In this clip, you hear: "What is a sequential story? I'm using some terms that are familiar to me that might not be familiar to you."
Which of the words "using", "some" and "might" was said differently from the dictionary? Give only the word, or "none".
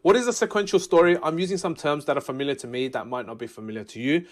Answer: none